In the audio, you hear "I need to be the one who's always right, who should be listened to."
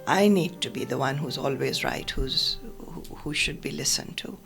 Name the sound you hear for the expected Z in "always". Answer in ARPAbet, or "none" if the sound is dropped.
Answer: Z